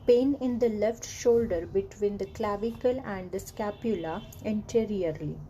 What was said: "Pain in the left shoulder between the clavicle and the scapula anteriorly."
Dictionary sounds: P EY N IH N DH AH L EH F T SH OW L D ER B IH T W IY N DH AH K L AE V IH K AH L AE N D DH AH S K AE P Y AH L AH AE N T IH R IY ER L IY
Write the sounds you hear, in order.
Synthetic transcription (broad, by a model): P EY N IH N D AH L EH F T SH OW L D ER B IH T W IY N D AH K L AE V IH K AH L AE N D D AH S K AE P Y AH L AH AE N T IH R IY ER L IY